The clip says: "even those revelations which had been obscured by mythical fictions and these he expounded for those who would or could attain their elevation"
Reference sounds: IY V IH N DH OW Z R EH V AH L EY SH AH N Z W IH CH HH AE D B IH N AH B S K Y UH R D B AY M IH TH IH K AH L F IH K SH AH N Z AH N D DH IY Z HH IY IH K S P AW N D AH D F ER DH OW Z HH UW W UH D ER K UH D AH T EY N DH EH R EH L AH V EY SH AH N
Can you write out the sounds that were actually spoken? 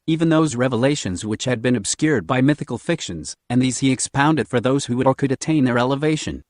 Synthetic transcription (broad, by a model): IY V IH N DH OW Z R EH V AH L EY SH AH N Z W IH CH HH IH D B IH N AH B S K Y UH R D B AY M IH TH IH K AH L F IH K SH AH N Z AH N DH IY Z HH IY IH K S P AW N D AH D F ER DH OW Z HH UW W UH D ER K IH D AH T EY N DH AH R EH L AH V EY SH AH N